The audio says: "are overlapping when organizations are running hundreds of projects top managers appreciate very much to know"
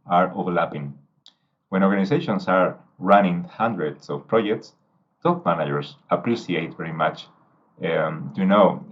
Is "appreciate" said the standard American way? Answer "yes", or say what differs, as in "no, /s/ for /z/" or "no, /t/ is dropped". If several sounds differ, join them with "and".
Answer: no, /s/ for /ʃ/